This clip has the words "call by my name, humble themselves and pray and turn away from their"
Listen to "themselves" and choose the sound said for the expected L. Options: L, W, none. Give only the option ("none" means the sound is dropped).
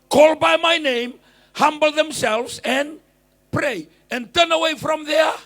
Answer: L